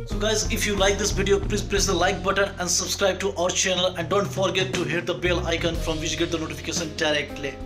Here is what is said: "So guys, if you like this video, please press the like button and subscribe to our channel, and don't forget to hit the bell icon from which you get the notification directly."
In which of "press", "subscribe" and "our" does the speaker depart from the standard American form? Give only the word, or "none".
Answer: press